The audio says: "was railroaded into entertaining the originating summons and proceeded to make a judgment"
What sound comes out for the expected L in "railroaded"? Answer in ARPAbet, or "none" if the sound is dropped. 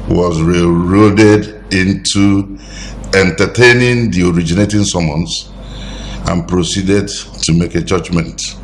none